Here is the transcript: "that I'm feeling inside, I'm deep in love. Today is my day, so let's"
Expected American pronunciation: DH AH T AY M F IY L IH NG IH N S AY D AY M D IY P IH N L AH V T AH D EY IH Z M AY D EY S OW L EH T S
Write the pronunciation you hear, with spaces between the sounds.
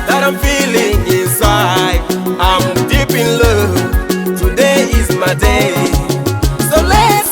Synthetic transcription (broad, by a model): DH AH T AY M F IY L IH NG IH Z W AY AY M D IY P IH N L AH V T AH D EY IH Z M AY D EY S OW L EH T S